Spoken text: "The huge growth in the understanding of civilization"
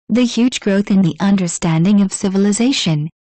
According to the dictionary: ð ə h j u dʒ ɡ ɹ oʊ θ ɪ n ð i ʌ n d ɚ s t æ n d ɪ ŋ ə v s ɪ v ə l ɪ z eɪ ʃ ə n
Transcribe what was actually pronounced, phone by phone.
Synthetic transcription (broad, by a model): ð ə h j u dʒ ɡ ɹ oʊ θ ɪ n ð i ʌ n d ɚ s t æ n d ɪ ŋ ə v s ɪ v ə l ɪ z eɪ ʃ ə n